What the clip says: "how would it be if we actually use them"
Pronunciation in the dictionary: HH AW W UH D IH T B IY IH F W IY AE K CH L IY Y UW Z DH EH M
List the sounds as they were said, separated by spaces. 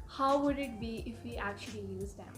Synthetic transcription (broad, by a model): HH AW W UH D IH T B IY IH F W IY AE K CH L IY Y UW Z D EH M